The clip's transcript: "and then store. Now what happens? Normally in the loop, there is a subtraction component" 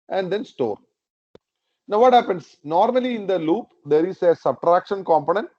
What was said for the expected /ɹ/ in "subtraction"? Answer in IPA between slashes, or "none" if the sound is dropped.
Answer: /ɹ/